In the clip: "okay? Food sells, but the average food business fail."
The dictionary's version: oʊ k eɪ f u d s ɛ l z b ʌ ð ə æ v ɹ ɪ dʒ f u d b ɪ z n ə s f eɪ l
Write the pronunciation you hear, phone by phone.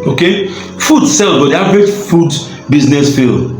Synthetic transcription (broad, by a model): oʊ k eɪ f u d s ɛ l b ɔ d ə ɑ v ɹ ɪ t f u d b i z n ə s f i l